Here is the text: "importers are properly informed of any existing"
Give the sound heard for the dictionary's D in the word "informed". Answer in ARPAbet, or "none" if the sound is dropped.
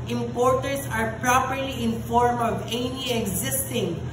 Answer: none